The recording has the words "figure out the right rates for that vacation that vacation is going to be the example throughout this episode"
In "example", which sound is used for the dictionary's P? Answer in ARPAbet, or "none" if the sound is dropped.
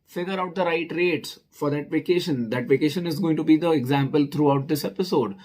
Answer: P